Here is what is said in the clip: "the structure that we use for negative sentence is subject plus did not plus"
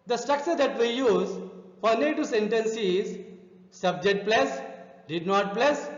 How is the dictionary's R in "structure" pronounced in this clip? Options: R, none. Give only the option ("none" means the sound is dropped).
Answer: R